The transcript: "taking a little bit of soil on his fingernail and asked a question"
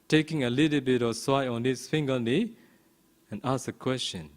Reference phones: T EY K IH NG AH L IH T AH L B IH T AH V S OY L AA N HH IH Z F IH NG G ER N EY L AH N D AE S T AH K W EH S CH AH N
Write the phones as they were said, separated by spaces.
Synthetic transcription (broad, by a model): T EY K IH NG AH L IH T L B IH T AH V S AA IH AA N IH S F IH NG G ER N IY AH N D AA S AH K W EH S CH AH N